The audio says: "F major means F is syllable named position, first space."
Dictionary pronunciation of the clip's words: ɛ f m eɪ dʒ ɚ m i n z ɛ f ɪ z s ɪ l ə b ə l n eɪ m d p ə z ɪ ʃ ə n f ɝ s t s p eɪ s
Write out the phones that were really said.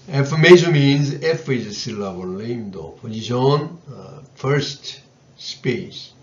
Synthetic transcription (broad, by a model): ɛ f m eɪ ʃ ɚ m i n z ɛ f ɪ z s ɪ l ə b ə l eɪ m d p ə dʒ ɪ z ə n f ɝ s t s p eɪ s